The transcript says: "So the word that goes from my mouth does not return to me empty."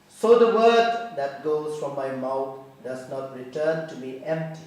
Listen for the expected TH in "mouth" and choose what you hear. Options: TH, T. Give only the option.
T